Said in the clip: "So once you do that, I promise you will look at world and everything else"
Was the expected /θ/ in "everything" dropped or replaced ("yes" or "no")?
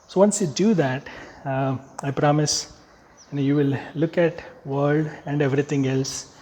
yes